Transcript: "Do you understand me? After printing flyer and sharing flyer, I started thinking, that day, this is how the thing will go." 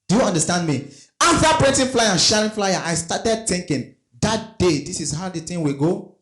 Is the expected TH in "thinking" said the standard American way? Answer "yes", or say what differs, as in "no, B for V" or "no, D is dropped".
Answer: no, T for TH